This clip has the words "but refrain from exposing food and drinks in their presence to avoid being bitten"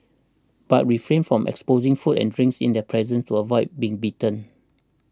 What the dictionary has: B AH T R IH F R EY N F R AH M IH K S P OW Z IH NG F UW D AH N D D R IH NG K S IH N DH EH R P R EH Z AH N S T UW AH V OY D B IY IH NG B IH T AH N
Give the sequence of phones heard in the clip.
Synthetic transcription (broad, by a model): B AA T R IH F R EY N F R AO M IH K S P OW Z IH NG F UW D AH N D D R IH NG K S IH N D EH P R EH Z AH N S T UW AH V OY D B IY IH NG B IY T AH N